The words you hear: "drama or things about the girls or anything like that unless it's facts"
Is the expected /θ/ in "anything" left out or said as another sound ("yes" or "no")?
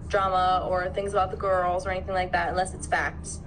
no